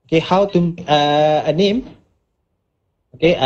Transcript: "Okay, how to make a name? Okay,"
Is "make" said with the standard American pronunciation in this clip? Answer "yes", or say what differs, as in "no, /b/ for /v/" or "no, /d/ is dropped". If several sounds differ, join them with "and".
no, /k/ is dropped